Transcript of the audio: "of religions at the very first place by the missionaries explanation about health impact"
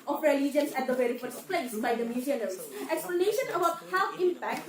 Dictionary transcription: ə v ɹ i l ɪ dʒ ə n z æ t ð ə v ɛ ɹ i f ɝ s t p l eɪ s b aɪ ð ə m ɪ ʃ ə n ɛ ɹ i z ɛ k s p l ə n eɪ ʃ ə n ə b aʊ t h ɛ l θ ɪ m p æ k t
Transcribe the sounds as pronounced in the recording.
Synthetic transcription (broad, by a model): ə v ɹ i l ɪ dʒ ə n s æ t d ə v ɛ ɹ i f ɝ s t p l eɪ s b aɪ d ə m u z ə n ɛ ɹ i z ɛ k s p l ə n eɪ ʃ ə n ə b aʊ t h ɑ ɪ m p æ k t